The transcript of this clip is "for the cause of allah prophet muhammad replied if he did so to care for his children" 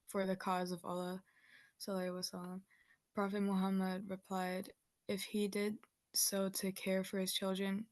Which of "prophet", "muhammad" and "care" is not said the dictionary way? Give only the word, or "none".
none